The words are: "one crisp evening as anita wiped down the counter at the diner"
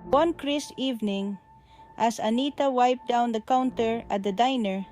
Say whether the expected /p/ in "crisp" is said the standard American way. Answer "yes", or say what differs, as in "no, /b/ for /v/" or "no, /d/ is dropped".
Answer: no, /p/ is dropped